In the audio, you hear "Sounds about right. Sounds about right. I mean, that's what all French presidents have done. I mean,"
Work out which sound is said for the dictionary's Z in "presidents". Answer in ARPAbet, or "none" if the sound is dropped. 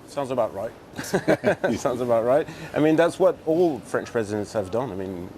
Z